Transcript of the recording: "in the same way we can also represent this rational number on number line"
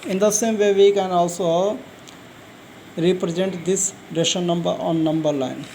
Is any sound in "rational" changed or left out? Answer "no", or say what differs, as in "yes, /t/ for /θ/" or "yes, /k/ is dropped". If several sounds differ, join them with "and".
yes, /n/ is dropped